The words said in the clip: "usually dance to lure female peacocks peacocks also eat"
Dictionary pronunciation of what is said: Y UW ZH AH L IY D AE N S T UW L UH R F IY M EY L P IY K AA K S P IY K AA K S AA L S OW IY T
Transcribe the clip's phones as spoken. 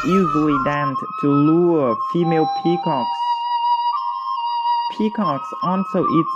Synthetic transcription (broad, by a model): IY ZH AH L IY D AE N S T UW L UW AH F IY M EY L P IY K AA K S P IY K AA K S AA N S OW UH T